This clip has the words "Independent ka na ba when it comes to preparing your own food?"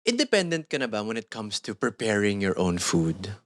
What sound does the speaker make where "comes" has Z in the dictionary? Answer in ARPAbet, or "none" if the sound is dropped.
S